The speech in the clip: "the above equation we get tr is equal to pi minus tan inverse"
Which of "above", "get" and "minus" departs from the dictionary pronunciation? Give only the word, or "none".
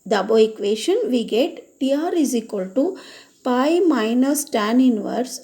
above